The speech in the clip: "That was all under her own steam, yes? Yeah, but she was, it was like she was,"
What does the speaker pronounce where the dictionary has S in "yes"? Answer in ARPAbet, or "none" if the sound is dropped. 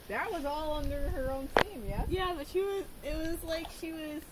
none